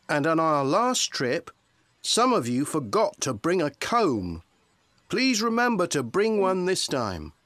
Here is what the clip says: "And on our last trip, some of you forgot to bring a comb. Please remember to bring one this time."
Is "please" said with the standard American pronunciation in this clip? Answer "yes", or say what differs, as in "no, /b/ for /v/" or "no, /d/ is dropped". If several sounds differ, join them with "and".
yes